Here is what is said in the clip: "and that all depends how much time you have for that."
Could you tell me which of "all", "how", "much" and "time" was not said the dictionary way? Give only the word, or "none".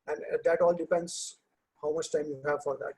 none